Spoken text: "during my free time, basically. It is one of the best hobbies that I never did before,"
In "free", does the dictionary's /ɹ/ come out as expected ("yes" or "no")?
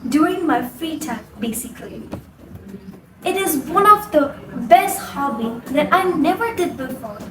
no